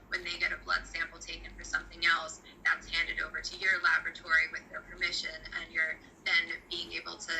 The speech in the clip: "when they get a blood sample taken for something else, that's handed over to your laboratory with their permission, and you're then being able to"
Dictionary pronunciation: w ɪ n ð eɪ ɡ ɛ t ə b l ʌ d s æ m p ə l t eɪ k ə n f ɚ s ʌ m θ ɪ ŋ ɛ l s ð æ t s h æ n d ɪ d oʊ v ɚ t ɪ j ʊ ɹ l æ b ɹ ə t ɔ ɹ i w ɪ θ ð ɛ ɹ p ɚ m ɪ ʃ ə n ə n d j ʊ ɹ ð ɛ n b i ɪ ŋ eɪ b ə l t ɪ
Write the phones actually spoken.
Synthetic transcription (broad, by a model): w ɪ n ð eɪ ɡ ɛ t ə b l ʌ d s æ m p l t eɪ k ə n f ɚ s ʌ m θ ɪ ŋ ɛ l s ð æ t s h æ n d ɪ d oʊ v ɚ t ɪ j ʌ ɹ l æ b ɹ ə t ɔ ɹ i w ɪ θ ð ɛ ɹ p ɚ m ɪ ʃ ə n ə n j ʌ ɹ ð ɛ n b i ɪ ŋ eɪ b l t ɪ